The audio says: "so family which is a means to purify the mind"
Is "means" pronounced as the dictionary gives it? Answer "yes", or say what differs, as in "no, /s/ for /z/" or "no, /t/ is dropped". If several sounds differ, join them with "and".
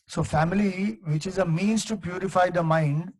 yes